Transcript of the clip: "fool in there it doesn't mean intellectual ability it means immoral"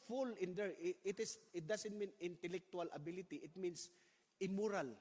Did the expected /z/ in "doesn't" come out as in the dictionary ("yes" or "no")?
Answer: no